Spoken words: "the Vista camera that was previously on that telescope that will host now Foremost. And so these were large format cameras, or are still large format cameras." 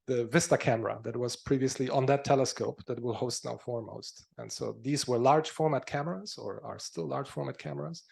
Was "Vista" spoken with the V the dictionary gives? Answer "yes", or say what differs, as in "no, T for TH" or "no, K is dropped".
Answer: yes